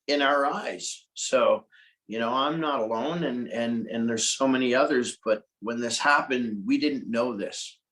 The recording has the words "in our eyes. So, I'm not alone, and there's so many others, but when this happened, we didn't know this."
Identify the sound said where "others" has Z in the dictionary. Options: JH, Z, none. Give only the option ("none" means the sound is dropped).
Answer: Z